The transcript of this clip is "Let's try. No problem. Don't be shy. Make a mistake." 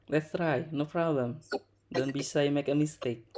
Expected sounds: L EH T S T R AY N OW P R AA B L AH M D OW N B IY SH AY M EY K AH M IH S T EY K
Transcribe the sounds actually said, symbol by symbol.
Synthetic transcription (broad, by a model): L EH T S T R AY N OW P R AA B L AH M D OW N B IY S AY M EY K AH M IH S T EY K